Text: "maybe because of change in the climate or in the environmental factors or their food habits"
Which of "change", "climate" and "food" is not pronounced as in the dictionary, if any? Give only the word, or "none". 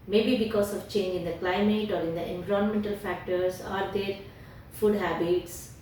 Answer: none